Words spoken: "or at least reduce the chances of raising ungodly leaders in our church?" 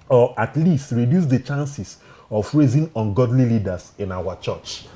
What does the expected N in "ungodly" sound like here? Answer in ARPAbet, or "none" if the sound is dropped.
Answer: N